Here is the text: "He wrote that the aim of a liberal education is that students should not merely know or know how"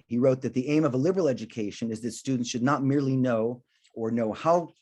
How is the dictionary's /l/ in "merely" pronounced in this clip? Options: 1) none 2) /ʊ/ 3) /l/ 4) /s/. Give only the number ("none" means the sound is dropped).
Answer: 3